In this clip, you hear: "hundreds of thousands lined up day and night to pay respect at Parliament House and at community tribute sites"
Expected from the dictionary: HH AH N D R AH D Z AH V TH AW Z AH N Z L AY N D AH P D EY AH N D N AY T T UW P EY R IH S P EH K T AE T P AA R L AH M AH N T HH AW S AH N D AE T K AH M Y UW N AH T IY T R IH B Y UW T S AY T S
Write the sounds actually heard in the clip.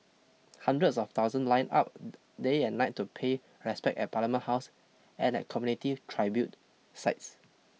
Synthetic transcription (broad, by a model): HH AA N D R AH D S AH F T AW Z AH N L AY N AA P D EY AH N N AY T T UW P EY R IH S P EH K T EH T P AA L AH M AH N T HH AW S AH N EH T K AH M Y UW N AH T IY T R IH B Y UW T S AY T S